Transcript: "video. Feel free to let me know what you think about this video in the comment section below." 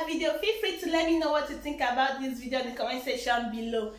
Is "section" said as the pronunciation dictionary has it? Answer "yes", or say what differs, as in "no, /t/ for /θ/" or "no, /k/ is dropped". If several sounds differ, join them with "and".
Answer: no, /k/ is dropped